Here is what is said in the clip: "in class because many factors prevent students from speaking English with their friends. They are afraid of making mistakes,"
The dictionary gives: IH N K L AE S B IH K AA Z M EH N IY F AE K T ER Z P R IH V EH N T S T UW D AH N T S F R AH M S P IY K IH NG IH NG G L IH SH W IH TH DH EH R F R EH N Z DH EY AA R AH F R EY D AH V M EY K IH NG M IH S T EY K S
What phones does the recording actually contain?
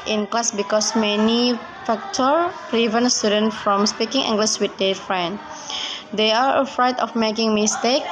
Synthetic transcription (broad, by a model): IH N K L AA S B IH K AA S M EH N IY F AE K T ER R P R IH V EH N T S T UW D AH N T F R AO M S P IY K IH NG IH NG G L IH S W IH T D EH F R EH N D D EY AA R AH F R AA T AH F M EY K IH NG M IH S T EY K